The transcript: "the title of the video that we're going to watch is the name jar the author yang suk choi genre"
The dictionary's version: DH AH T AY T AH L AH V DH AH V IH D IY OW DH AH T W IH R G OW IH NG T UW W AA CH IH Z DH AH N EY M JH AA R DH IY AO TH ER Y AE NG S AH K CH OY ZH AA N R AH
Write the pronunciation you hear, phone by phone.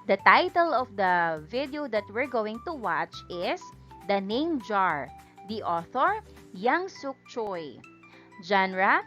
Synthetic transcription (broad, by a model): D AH T AY T AH L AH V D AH V IH D IY OW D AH T W IH R G OW IH NG T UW W AA CH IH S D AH N EY M JH AA R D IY AO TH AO Y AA NG S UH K CH OY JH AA N R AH